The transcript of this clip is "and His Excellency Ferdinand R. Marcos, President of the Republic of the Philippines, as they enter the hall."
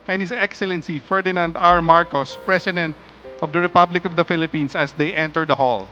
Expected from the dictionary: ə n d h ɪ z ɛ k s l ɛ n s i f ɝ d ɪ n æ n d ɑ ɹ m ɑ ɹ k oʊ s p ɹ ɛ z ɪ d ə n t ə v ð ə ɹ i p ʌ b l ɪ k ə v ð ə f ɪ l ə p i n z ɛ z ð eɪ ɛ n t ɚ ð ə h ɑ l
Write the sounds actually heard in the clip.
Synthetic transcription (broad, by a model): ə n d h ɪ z ɛ k s l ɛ n s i f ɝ d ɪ n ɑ n d ɑ ɹ m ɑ ɹ k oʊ s p ɹ ɛ s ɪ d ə n t ə v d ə ɹ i p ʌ b l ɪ k ə v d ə f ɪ l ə p i n s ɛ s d eɪ ɛ n t ɚ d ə h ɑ l